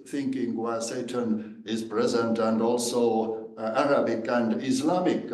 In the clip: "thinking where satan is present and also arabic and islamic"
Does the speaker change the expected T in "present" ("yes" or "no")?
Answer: no